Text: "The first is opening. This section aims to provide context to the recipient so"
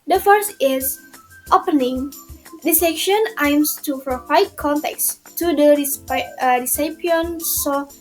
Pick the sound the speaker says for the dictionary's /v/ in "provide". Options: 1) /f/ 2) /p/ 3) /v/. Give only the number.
1